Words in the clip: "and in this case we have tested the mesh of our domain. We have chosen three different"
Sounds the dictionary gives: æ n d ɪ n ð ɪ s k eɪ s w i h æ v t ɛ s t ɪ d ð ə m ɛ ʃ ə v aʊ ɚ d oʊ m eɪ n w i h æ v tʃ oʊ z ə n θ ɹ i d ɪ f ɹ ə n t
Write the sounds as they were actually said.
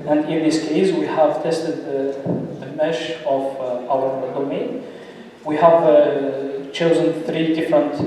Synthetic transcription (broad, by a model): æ n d ɪ n ð ɪ s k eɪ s w i h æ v t ɛ s t ɪ d ð ə m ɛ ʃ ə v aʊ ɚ d oʊ m eɪ n w i h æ v tʃ oʊ z ə n θ ɹ i d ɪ f ɹ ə n t